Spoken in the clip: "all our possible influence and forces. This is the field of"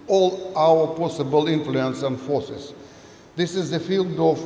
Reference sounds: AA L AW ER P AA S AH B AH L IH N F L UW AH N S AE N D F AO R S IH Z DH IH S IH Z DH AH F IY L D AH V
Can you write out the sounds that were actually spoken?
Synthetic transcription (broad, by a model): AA L AW ER P AA S AH B AH L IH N F L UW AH N S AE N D F AO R S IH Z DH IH S IH Z DH AH F IY L D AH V